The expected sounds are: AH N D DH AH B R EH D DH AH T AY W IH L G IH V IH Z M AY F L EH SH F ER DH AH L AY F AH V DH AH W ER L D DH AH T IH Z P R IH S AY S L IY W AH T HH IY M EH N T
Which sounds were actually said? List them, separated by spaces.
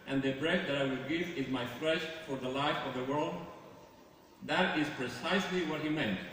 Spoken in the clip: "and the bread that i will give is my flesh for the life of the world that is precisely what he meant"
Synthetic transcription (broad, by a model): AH N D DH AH B R EH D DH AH T AY W IH L G IH V IH Z M AY F L EH SH F ER DH AH L AY F AH V DH AH W ER L D DH AH T IH Z P R IH S AY S L IY W AH T HH IY M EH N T